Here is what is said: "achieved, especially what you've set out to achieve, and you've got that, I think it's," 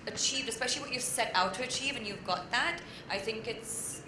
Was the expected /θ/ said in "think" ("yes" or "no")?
yes